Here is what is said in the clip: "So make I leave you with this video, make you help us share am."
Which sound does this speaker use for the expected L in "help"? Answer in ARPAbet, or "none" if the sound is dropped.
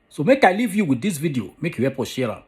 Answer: none